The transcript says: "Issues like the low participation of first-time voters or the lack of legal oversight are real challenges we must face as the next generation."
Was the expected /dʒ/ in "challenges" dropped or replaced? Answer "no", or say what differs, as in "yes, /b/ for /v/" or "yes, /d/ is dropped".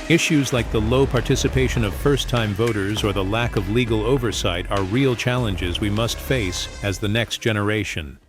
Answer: no